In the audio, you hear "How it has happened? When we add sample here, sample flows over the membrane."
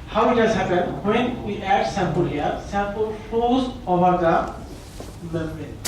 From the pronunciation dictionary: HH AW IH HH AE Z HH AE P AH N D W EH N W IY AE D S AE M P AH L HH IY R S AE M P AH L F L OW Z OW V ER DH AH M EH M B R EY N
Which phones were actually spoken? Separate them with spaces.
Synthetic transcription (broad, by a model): HH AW IH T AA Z HH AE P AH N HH W EH N W IY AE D S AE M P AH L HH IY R S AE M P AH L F OW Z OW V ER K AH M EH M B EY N